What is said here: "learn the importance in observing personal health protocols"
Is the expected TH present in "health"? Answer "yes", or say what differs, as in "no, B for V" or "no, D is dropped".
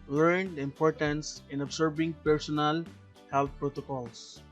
no, T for TH